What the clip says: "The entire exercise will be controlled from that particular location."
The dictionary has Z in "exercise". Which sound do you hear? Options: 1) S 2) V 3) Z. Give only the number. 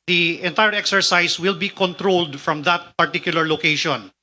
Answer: 1